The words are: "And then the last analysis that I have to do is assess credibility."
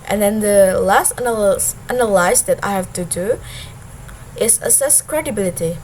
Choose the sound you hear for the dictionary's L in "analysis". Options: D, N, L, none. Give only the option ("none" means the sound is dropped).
N